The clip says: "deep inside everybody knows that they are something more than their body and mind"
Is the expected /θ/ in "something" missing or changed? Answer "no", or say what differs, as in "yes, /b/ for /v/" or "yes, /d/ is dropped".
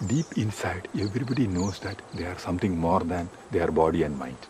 yes, /t/ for /θ/